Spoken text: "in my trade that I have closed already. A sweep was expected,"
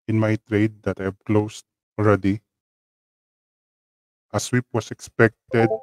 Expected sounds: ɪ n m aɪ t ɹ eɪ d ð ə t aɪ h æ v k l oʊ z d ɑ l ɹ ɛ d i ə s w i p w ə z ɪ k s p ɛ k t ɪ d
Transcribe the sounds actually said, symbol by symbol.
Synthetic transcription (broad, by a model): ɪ n m aɪ t ɹ eɪ d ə t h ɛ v k l oʊ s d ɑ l ɹ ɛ d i ə s w i p w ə s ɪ k s p ɛ k t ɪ d